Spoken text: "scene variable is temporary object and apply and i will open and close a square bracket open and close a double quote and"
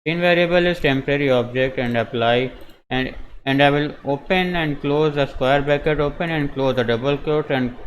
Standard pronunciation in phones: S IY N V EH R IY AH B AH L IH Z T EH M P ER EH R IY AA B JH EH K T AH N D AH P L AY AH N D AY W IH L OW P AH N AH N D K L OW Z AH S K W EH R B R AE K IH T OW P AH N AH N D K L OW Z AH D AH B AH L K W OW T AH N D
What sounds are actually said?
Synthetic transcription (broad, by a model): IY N V EH R IY AH B AH L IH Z T EH M P ER EH R IY AA B JH EH K T AH N D AH P L AY AH N D AY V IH L OW P AH N AH N D K L OW Z AH S K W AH R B AE K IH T OW P AH N AH N D K L OW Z AH D AH B AH L K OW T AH N D